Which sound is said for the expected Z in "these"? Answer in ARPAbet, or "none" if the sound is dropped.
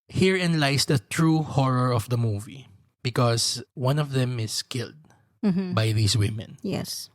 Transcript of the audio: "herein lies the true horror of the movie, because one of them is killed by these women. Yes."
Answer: S